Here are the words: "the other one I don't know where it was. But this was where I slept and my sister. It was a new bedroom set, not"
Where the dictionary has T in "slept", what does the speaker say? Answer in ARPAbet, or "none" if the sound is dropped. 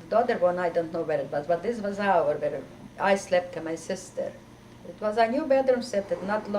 T